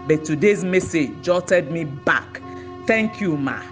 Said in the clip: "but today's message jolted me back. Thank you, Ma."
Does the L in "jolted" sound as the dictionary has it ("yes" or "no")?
no